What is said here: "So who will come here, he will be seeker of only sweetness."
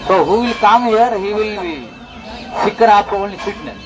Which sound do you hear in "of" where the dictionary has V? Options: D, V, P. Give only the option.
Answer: P